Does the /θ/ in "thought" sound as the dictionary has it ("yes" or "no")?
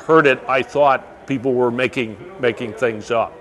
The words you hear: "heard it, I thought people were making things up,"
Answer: yes